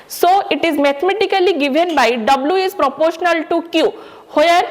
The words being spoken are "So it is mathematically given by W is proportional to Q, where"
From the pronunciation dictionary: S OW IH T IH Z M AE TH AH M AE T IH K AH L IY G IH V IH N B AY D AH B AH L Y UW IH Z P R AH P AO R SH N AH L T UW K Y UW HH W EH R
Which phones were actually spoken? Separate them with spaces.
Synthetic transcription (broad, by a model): S OW IH T IH Z M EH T M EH T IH K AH L IY G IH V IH N B AY D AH B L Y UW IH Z P R AH P AO R SH N AH L T UW K Y UW HH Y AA R